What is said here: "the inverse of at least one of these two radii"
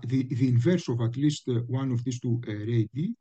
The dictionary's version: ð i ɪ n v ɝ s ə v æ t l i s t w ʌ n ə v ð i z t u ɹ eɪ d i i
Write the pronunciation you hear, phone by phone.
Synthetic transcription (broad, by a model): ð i ɪ n v ɝ s ə v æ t l i s t w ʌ n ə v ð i s t u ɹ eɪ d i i